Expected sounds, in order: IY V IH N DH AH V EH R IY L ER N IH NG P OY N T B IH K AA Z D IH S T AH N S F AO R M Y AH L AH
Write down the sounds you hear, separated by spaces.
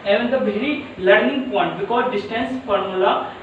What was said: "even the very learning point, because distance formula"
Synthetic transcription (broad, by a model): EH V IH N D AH B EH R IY L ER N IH NG P OY N T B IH K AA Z D IH S T AH N S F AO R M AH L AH